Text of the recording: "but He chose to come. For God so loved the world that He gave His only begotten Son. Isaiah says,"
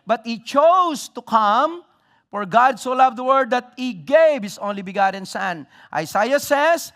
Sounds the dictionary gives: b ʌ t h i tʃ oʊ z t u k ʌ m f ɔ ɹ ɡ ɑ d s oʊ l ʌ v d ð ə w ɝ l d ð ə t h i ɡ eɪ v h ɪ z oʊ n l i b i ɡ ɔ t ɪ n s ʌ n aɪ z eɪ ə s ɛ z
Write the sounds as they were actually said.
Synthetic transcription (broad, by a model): b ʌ t h i tʃ oʊ s t u k ʌ m f ɔ ɹ ɡ ɑ d s oʊ l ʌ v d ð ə w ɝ d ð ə t h i ɡ eɪ v h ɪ s oʊ n l i b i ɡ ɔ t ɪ n s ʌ n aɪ s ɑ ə s ɛ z